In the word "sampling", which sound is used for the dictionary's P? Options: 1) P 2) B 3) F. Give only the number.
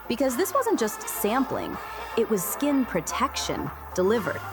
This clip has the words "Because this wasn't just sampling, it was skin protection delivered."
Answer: 1